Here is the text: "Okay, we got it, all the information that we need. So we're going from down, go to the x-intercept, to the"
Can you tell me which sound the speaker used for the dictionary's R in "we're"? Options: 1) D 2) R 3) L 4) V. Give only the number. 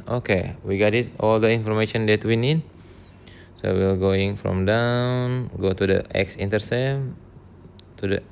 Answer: 3